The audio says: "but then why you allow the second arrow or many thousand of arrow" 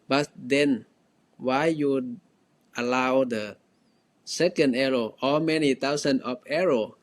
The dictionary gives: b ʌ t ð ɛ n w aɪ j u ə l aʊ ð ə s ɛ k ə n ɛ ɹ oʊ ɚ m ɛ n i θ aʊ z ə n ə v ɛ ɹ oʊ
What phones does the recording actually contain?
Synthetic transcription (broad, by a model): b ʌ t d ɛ n w aɪ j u ə l aʊ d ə s ɛ k ə n ɛ ɹ oʊ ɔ m ɛ n i t aʊ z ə n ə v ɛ ɹ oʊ